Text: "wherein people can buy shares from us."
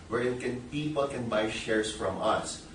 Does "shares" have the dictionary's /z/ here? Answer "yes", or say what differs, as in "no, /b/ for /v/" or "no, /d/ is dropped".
no, /s/ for /z/